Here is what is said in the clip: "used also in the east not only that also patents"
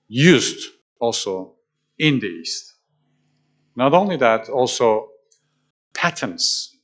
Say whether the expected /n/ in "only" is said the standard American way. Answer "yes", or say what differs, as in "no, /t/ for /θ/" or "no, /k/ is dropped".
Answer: yes